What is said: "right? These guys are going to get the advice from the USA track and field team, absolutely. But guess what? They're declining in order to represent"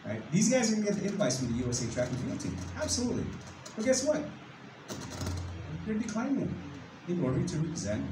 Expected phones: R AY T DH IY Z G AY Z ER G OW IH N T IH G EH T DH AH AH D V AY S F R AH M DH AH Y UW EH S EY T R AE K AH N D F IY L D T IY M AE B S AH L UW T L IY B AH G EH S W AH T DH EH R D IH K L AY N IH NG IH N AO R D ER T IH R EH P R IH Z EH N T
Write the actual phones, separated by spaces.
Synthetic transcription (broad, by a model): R AY T DH IY Z G AY Z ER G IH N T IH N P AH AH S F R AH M DH AH Y UW EH S EY T R AE K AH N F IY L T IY AE B S AH L UW T L IY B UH G EH S W AH T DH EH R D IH K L AY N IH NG IH N AO R D ER T IH R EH P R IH Z EH N T